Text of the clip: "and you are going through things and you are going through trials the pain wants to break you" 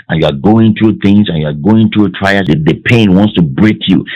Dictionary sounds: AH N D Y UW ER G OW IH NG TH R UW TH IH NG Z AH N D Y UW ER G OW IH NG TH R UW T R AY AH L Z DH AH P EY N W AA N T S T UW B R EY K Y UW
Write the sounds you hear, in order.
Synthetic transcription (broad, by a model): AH N Y UW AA G OW IH NG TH R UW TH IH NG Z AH N Y UW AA G OW IH NG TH R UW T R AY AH Z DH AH P EY N W AA N T S T UW B R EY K Y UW